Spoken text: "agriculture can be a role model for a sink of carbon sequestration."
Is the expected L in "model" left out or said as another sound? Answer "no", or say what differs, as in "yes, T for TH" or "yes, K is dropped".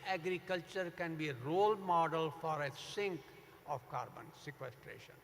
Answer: no